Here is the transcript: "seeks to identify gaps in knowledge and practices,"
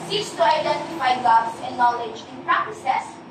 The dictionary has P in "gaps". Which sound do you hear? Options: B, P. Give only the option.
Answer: B